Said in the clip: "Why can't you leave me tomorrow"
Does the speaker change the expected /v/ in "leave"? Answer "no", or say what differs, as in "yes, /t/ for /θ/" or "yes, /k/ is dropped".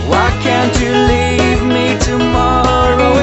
no